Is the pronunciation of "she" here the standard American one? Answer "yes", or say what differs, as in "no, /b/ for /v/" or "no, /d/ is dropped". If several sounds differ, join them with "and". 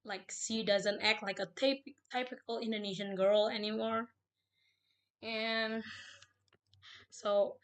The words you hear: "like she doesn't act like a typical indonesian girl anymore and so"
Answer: no, /s/ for /ʃ/